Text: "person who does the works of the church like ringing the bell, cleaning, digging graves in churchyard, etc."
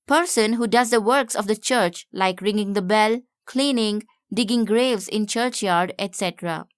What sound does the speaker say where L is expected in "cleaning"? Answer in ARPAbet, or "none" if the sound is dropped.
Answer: L